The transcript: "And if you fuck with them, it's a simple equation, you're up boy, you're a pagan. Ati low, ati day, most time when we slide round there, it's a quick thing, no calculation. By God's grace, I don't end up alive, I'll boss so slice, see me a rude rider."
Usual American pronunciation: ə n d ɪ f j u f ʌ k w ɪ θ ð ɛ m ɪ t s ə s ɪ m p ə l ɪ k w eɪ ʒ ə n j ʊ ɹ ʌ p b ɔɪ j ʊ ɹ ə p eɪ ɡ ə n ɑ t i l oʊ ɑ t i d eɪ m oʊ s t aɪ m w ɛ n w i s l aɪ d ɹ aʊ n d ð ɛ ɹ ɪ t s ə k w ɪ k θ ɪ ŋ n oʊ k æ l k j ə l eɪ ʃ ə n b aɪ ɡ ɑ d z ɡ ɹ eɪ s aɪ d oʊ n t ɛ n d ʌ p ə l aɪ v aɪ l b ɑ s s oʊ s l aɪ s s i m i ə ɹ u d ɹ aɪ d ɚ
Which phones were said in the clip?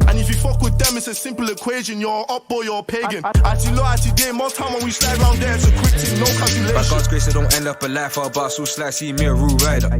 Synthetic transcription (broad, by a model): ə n ɪ f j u f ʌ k w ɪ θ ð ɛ m ɪ t s ə s ɪ m p ə l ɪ k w eɪ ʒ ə n j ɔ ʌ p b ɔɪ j ə p eɪ ɡ ə n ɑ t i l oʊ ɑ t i d eɪ m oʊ t aɪ m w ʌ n w i s l aɪ d ɹ aʊ n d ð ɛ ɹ ɪ t s ə k w ɪ k t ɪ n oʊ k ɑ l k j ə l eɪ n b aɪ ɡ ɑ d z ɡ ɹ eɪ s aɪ d oʊ n t ɛ n d ʌ p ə l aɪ f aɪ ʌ b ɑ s s oʊ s l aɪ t s i m i ə ɹ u ɹ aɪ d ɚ